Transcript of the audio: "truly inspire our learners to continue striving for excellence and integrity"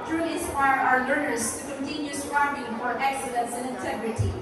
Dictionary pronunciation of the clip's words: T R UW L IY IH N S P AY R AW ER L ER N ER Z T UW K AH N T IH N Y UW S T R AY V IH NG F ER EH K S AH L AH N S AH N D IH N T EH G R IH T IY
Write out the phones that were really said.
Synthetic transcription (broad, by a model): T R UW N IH S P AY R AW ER L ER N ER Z T UW K AH N T IH N Y UW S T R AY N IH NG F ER EH K S AH L AH N S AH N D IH N T EH G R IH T IY